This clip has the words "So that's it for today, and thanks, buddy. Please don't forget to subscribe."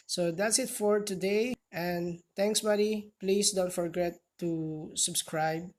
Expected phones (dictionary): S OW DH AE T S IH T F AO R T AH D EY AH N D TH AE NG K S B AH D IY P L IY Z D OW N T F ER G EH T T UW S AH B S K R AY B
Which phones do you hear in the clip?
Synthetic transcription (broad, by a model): S OW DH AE T S IH T F AO R T AH D EY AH N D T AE NG K S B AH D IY P L IY S D OW N T F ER G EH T T UW S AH B S K R AY B